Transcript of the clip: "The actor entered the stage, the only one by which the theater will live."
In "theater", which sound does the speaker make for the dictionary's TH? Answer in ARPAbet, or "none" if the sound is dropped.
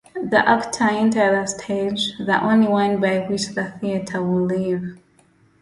TH